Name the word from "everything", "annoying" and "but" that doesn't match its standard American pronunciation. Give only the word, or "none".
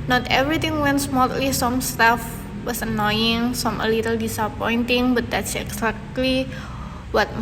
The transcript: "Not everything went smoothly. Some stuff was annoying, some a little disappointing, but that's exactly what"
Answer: everything